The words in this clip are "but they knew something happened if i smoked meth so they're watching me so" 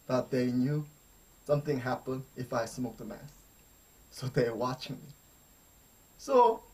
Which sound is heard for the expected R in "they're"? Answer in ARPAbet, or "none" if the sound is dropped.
W